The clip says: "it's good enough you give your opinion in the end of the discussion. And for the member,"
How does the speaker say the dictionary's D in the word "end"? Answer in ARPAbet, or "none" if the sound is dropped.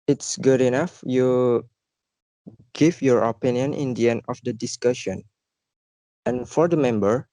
none